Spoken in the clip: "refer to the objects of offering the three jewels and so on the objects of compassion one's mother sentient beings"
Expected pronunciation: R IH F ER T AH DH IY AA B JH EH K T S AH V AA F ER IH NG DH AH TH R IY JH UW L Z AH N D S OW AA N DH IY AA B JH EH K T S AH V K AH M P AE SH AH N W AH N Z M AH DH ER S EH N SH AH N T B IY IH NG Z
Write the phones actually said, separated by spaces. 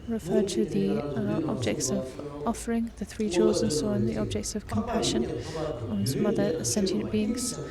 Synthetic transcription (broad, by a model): R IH F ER T AH DH IY AA B JH EH K T S AH V AA F ER IH NG DH AH TH R IY JH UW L Z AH N S OW AA N DH IY AA B JH EH K T S AH V K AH M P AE SH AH N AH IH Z M AH DH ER S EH N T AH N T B IY IH NG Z